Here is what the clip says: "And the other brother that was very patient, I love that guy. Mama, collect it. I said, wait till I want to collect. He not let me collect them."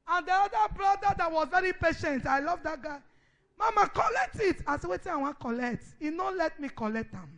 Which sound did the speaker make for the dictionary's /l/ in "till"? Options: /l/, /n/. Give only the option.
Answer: /n/